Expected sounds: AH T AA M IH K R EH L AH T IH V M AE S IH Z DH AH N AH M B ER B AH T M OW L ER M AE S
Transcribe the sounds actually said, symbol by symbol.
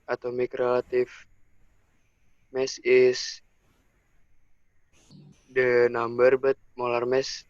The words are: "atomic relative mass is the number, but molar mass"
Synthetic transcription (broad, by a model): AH T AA M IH K R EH L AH T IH F M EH S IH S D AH N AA M B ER B AH T M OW L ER M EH S